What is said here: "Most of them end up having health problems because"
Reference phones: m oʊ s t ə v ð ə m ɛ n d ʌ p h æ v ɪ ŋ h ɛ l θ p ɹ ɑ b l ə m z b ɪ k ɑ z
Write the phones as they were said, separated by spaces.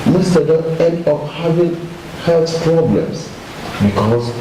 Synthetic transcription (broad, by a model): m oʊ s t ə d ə ɛ n d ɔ f h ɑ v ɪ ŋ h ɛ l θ p ɹ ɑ b l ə m s b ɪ k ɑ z